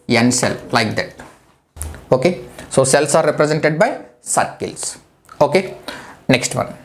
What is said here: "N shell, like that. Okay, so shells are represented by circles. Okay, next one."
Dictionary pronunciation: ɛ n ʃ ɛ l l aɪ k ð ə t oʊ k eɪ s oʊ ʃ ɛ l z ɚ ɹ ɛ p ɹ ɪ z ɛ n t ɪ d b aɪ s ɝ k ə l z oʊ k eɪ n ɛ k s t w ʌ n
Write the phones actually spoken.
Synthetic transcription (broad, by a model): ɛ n s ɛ l l aɪ k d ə t oʊ k eɪ s oʊ s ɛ l s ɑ ɹ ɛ p ɹ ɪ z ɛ n t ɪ d b aɪ s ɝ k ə l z oʊ k eɪ n ɛ k s t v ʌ n